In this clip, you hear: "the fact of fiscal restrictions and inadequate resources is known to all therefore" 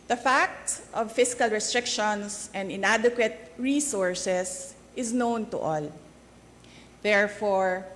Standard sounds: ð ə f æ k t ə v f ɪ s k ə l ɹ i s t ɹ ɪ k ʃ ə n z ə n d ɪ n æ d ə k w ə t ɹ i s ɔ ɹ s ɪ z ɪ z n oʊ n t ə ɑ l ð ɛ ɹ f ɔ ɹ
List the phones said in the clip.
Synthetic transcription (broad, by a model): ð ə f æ k t ə v f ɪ s k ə l ɹ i s t ɹ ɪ k ʃ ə n s ə n d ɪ n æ d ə k w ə t ɹ i s ɔ ɹ s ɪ s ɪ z n oʊ n t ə ɑ l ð ɛ ɹ f ɔ ɹ